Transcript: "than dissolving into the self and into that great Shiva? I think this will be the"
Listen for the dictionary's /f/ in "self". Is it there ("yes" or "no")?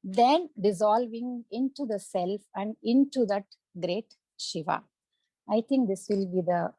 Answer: yes